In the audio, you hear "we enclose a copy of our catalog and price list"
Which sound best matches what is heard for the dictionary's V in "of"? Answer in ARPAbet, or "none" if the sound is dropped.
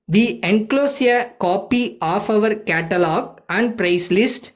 V